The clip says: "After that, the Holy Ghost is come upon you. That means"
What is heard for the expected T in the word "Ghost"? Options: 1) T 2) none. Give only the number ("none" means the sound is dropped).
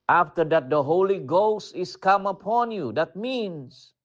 1